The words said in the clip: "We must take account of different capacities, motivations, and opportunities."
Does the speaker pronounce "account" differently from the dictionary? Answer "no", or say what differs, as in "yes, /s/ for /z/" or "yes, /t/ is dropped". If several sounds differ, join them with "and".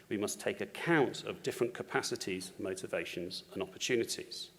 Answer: no